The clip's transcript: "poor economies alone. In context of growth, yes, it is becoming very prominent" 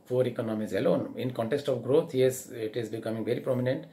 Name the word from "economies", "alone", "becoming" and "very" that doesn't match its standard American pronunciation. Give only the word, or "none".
none